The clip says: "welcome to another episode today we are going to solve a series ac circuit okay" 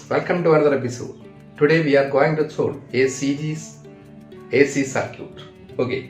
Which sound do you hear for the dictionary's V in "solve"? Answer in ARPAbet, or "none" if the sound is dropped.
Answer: none